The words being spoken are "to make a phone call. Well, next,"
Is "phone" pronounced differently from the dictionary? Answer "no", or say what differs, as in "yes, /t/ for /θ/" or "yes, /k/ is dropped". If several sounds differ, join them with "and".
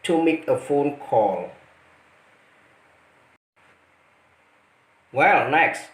no